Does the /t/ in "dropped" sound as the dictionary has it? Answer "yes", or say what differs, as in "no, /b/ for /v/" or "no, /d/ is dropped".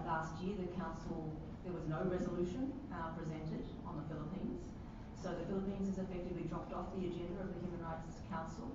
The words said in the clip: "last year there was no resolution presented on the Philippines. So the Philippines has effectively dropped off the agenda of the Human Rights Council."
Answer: yes